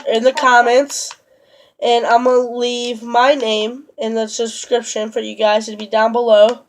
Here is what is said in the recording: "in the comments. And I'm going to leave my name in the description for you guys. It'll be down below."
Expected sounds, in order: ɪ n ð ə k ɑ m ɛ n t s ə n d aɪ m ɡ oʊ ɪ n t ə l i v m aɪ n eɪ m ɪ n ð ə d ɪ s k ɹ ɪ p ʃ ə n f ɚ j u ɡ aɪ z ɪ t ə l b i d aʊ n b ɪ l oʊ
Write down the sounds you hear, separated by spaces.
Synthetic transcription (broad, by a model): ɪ n ð ə k ɑ m ɛ n t s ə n aɪ m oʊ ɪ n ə l i v m aɪ n eɪ m ɪ n ð ə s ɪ s k ɹ ɪ p ʃ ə n f ɚ j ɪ ɡ aɪ z t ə b i d aʊ n b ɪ l oʊ